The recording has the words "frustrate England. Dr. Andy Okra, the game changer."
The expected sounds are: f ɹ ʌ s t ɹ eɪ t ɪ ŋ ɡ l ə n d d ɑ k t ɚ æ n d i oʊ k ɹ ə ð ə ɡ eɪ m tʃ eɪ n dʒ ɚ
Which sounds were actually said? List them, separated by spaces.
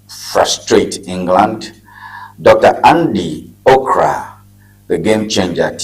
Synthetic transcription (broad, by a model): f ɹ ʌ s t ɹ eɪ t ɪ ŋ ɡ l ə n d d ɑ k t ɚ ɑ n d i oʊ k ɹ ə ð ə ɡ eɪ m tʃ eɪ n dʒ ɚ